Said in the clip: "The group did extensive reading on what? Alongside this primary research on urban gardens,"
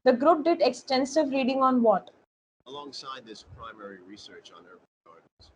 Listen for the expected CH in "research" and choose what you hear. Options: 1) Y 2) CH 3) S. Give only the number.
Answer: 2